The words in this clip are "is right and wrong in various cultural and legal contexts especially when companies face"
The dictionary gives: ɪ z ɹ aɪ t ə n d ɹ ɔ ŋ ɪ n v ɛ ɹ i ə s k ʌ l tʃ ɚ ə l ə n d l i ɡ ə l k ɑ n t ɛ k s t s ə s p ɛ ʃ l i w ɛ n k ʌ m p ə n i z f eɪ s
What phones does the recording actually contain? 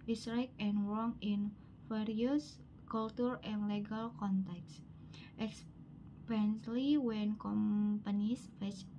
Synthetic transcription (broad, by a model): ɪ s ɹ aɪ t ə n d ɹ ɔ ŋ ɪ n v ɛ ɹ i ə s k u l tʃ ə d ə n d l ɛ ɡ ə l k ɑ n t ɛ k s t ə s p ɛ s l i w ɛ n k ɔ m p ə n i s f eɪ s